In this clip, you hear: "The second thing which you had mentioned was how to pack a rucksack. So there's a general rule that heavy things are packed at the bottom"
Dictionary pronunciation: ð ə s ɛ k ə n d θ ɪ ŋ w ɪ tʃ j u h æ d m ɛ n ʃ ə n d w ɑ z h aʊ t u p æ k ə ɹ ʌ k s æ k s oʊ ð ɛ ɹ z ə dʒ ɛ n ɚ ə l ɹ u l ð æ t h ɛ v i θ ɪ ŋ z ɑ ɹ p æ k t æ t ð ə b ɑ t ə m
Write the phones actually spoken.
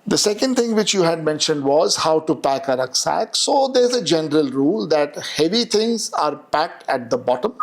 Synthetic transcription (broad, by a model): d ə s ɛ k ə n d t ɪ ŋ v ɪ tʃ j u h æ d m ɛ n ʃ ə n d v ɑ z h aʊ t u p æ k ə ɹ ʌ k s æ k s oʊ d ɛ ɹ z ə dʒ ɛ n ɚ ə l ɹ u l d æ t h ɛ v i t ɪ ŋ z ɑ ɹ p æ k t æ t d ə b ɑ t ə m